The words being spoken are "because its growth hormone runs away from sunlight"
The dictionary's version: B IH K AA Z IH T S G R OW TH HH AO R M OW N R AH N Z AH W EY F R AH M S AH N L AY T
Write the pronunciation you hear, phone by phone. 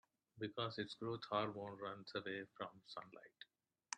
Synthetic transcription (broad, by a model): B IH K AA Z IH T S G R OW T HH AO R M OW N R AH N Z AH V EY F R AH M S AH N L AY T